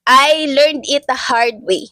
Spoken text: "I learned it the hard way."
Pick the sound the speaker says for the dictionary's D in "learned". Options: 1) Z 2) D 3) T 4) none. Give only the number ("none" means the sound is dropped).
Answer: 2